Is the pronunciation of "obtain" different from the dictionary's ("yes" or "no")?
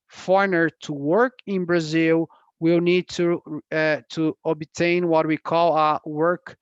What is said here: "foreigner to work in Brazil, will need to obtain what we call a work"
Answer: no